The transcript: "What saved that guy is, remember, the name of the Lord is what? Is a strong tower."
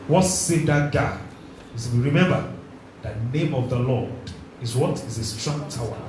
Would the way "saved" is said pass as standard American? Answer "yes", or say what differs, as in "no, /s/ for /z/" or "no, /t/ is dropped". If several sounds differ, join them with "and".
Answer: no, /v/ is dropped